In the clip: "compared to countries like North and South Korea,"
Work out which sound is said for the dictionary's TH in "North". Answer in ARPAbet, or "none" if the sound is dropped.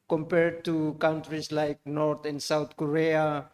T